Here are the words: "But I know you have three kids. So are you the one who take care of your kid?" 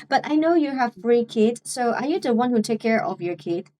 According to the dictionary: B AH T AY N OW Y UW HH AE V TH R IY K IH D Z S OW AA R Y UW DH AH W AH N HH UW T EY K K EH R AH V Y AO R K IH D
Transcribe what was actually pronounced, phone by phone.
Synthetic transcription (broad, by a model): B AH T AY N OW Y UW HH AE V F R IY K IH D S OW AA R Y UW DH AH W AH N HH UW T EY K K EH R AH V Y AO R K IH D